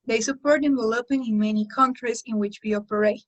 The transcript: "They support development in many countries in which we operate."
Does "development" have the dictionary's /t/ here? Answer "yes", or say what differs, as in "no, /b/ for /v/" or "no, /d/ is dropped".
no, /t/ is dropped